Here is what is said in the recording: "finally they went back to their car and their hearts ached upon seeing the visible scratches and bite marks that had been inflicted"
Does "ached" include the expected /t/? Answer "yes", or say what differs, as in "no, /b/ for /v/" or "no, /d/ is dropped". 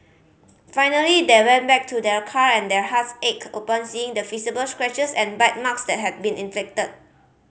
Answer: no, /t/ is dropped